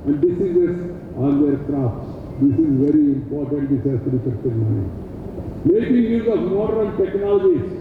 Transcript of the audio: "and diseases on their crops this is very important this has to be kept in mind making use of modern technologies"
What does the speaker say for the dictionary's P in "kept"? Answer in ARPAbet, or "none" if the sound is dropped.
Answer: none